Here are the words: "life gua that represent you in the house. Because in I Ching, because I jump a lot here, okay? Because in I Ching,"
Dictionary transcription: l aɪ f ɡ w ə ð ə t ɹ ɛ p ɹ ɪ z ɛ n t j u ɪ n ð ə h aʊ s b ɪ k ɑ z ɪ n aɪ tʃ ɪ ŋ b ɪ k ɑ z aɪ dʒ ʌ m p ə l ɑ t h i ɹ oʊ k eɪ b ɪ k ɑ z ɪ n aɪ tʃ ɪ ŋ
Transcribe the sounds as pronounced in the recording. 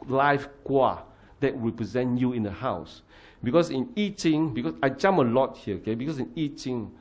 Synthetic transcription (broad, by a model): l aɪ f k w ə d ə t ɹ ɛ p ɹ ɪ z ɛ n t j u ɪ n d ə h aʊ s b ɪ k ɑ s ɪ n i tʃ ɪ ŋ b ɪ k ɑ s aɪ dʒ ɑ m ə l ɑ t h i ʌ oʊ k eɪ b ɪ k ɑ s ɪ n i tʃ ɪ ŋ